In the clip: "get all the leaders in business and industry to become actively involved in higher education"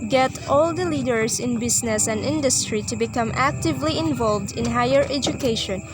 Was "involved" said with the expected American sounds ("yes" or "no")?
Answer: yes